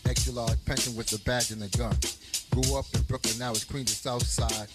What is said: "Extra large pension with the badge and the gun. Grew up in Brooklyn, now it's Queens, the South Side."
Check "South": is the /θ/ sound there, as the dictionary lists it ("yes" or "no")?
yes